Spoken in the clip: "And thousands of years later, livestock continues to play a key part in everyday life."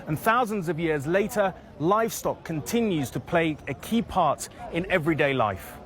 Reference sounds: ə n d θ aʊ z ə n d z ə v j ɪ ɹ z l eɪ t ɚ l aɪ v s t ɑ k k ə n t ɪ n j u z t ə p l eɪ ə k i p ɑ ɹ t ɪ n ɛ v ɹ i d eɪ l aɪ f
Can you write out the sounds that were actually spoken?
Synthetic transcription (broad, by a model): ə n θ aʊ z ə n d z ə v j ɪ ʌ z l eɪ t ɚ l aɪ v s t ɑ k k ə n t ɪ n j u z t ə p l eɪ ə k i p ɑ t ɪ n ɛ v ɹ i d eɪ l aɪ f